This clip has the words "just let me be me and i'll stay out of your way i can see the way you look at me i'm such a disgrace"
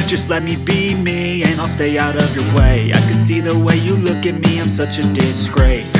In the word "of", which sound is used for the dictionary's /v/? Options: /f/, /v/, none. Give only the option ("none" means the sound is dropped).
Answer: /v/